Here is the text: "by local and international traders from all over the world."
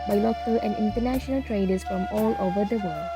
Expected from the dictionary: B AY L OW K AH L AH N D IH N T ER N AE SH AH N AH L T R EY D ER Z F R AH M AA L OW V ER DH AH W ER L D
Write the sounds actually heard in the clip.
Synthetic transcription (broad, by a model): B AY L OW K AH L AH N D IH N T ER N AE SH AH N AH L T R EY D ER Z F R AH M AA L OW V ER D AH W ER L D